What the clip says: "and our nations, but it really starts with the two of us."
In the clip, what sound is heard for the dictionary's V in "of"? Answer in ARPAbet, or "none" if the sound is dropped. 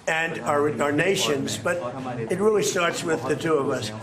V